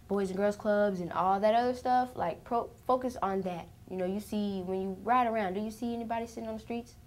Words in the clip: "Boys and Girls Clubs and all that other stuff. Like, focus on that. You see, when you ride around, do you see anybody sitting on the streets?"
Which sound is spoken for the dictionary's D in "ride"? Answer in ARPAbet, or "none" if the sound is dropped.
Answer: D